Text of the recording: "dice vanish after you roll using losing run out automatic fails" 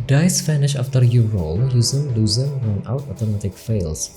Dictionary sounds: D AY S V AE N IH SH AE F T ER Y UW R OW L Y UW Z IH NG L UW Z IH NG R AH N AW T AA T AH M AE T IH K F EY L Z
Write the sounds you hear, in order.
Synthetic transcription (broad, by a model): D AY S F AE N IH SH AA F T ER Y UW R OW L Y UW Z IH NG L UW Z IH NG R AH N AW T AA T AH M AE T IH K F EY L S